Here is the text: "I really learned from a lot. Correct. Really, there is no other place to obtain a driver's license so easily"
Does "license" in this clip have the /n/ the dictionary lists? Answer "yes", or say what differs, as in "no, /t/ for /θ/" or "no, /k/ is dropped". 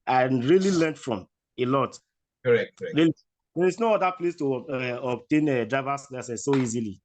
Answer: no, /n/ is dropped